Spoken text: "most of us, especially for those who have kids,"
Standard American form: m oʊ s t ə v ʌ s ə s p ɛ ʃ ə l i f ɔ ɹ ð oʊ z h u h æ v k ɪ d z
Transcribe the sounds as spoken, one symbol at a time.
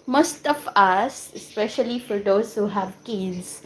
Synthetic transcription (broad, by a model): m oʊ s t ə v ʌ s ə s p ɛ ʃ ə l i f ɔ ɹ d oʊ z h u h æ v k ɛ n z